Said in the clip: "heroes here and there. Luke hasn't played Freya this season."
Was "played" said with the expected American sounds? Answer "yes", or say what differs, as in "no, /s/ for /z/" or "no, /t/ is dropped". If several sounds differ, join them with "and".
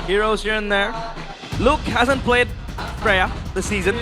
yes